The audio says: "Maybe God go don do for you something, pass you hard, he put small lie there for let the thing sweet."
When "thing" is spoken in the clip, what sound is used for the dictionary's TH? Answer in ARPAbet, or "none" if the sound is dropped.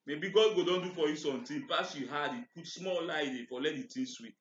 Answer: T